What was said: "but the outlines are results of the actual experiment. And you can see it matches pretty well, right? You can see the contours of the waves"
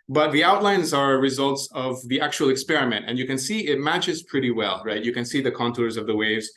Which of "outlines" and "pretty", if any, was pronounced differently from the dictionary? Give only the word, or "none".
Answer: none